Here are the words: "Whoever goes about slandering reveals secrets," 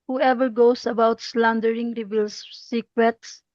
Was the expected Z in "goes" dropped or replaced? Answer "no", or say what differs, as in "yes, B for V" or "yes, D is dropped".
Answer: yes, S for Z